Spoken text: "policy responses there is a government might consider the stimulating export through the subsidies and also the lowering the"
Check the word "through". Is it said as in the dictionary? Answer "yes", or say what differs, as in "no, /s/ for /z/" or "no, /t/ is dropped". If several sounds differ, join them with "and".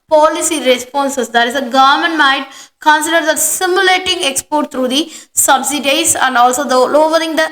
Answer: no, /t/ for /θ/